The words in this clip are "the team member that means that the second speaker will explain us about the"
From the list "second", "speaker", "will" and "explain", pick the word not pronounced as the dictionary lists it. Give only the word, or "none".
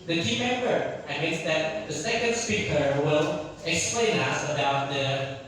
none